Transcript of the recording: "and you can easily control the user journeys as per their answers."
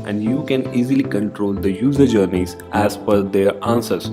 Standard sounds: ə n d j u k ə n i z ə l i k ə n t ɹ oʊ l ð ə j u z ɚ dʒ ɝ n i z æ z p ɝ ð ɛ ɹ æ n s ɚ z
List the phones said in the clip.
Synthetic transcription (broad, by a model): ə n d j u k ə n i z ə l i k ə n t ɹ oʊ l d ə j u z ɚ dʒ ɝ n i z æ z f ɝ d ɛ ɹ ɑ n s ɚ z